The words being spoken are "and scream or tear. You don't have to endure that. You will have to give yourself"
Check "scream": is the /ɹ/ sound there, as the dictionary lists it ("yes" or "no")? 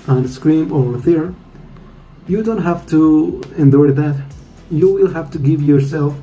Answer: yes